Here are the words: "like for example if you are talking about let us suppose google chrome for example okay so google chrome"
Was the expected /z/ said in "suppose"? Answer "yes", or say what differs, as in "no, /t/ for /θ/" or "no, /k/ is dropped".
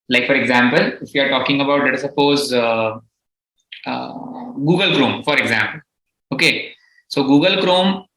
yes